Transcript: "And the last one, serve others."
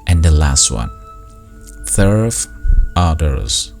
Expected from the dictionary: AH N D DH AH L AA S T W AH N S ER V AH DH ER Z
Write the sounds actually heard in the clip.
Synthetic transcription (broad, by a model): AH N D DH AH L AA S T W AH N TH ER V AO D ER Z